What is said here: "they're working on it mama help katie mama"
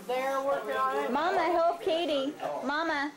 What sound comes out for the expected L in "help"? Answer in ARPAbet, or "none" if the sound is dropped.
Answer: none